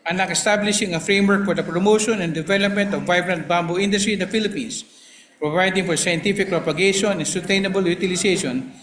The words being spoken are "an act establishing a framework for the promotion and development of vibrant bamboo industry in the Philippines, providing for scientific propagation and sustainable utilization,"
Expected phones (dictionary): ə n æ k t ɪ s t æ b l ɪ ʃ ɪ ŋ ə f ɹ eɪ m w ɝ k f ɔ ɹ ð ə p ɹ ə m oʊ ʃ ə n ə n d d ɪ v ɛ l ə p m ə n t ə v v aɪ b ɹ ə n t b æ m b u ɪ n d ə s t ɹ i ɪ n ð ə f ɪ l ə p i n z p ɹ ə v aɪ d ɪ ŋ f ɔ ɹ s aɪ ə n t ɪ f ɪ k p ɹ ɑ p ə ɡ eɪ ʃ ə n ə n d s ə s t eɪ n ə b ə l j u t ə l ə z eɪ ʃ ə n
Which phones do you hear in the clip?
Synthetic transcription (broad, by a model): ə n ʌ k ɪ s t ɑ b l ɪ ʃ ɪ ŋ ə f ɹ eɪ m w ɝ k f ɔ ɹ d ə p ɹ ə m oʊ ʃ ə n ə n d d ɪ v ɛ l ə p m ə n t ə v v aɪ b ɹ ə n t b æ m b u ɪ n d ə s t ɹ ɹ ɪ n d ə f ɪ l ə p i n s p ɹ ə v aɪ d ɪ ŋ f ɔ ɹ s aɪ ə n t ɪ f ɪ k p ɹ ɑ p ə ɡ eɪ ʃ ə n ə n s ə s t eɪ n ə b ə l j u t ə l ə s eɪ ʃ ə n